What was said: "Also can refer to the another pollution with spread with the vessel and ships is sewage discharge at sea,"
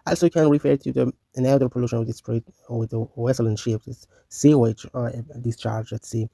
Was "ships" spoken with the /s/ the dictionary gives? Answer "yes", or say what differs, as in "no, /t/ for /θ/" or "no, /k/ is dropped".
no, /s/ is dropped